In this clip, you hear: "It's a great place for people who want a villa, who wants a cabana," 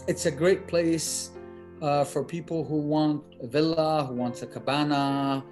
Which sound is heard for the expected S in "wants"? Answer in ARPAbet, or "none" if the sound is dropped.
none